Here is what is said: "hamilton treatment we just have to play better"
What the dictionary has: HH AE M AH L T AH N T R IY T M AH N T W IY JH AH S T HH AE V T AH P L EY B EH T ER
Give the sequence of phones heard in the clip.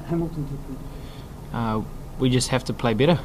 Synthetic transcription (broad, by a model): HH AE M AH L T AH N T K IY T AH W IY JH AH S T HH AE F T AH P L EY B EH T ER